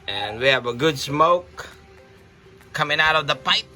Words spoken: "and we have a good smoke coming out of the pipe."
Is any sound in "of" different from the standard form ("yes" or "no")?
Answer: no